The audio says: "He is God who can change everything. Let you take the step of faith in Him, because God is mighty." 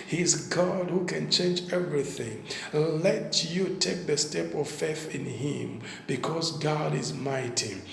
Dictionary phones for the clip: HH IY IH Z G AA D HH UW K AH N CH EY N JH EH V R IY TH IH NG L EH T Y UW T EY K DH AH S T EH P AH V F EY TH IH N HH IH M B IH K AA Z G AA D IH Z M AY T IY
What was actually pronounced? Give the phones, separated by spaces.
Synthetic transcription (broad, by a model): HH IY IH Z G AA D HH UW K AH N CH EY N JH EH V R IY TH IH NG L EH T Y UW T EY K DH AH S T EH P AH V F EY TH IH N HH IH M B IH K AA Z G AA D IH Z M AY T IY